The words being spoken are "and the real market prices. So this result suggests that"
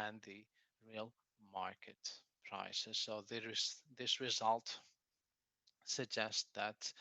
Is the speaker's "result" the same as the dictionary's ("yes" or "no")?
yes